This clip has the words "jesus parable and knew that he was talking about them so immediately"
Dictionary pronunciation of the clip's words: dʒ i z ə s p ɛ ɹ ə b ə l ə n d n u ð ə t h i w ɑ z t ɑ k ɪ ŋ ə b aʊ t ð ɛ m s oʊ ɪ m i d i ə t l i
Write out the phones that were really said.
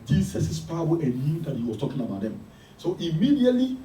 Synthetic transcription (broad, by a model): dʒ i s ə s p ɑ ə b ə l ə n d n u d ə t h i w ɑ s t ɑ k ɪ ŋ ə b aʊ t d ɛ m s oʊ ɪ m i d i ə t l i